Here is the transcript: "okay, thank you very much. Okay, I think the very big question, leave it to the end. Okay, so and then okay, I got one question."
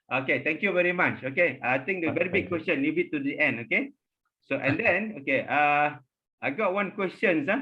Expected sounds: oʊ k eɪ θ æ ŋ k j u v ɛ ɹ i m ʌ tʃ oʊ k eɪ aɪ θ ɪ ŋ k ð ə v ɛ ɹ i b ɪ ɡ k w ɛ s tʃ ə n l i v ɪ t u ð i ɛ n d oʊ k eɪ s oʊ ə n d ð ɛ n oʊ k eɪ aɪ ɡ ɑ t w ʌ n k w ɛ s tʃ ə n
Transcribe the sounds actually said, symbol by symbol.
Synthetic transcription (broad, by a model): oʊ k eɪ t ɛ ŋ k j u v ɛ ɹ i m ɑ tʃ oʊ k eɪ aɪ t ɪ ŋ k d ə v ɛ ɹ i b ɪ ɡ k w ɛ s tʃ ə n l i b ɪ t u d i ɛ n d oʊ k eɪ s oʊ ə n d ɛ n oʊ k eɪ aɪ ɡ ɑ t w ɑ n k w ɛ s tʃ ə n